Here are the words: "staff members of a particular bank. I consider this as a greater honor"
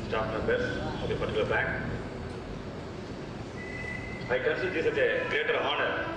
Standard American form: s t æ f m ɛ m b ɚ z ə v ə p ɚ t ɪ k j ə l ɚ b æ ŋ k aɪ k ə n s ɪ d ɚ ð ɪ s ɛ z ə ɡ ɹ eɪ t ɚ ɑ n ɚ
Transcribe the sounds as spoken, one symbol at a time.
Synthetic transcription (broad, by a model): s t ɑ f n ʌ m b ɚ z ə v ə p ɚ t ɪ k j l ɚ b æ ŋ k aɪ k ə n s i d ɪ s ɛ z ə ɡ ɹ eɪ t ɚ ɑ n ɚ